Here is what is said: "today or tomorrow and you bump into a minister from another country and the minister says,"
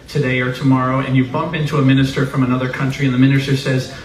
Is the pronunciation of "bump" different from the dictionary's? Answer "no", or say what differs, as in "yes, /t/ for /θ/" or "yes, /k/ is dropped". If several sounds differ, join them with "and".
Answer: no